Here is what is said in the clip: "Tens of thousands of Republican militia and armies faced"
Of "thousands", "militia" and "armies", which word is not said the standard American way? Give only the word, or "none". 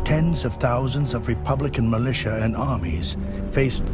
none